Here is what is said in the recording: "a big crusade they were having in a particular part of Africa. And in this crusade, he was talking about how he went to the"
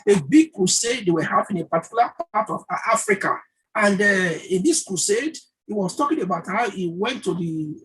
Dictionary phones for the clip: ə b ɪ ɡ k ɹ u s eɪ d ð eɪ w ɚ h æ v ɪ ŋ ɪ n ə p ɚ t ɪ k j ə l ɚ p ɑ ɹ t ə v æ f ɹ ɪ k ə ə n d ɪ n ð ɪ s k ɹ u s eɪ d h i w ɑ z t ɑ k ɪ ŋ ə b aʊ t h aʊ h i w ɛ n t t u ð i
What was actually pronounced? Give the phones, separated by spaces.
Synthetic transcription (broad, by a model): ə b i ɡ k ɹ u s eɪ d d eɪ w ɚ h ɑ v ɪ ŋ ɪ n ə p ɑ t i k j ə l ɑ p ɑ t ə v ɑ f ɹ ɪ k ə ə n d ɪ n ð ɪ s k ɹ u s eɪ d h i w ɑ s t ɑ k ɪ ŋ ə b aʊ t h aʊ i w ɛ n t t u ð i